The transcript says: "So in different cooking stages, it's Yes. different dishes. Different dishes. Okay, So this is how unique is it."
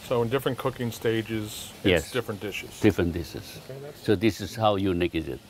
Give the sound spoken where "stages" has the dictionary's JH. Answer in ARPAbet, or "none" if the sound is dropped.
JH